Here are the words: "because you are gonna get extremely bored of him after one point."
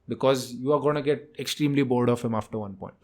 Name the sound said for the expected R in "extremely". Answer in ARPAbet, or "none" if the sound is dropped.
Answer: R